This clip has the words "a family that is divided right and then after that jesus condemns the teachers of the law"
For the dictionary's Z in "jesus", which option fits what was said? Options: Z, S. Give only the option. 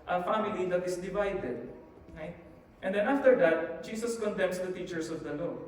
S